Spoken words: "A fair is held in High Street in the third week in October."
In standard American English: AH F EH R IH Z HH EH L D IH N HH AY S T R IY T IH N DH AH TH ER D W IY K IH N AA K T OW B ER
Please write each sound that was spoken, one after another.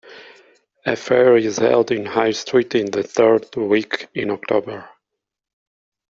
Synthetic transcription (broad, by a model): AH F EH R IH Z HH EH L D IH N HH AY S T R IY T IH N DH AH TH ER D W IY K IH N AA K T OW B ER